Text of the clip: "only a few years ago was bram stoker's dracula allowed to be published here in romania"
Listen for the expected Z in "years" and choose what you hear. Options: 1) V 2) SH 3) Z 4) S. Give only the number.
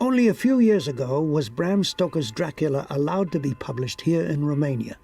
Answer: 3